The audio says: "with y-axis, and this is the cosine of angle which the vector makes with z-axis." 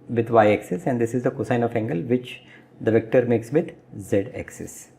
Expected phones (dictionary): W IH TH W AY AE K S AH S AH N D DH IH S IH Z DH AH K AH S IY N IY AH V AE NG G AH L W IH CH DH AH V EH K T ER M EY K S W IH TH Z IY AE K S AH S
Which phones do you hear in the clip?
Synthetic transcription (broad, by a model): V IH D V AY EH K S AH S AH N D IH S IH Z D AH K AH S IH N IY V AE NG G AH L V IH CH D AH V EH K T ER M EY K S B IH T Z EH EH K S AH S